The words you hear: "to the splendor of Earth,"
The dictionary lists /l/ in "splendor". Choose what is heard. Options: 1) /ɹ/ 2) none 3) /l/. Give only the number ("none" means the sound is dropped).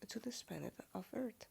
2